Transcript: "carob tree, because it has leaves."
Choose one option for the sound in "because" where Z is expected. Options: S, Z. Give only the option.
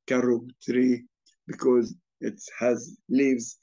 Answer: Z